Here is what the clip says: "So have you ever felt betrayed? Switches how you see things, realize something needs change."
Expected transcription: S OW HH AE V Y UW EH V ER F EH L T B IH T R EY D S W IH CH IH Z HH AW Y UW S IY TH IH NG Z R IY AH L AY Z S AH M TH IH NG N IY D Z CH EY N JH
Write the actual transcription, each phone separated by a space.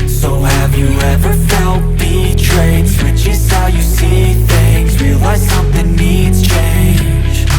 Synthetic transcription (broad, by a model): S OW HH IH V Y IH EH V ER F EH L T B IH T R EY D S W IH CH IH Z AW Y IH S IY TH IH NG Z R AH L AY S AH M TH IH NG N IY D Z CH EY N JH